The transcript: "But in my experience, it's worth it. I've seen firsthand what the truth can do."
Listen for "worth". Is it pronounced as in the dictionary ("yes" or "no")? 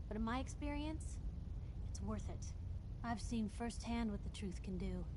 yes